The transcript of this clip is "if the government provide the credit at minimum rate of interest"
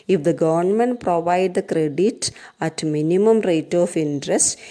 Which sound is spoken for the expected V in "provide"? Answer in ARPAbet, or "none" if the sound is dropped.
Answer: V